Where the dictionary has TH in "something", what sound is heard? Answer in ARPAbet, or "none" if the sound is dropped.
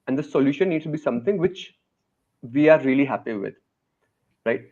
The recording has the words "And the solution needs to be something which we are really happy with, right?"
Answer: T